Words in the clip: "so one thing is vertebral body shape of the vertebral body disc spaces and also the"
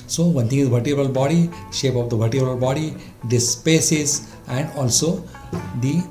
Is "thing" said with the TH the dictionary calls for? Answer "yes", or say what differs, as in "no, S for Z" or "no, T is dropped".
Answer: no, T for TH